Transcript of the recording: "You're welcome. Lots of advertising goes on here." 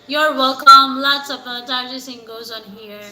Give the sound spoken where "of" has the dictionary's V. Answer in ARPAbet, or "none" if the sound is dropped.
P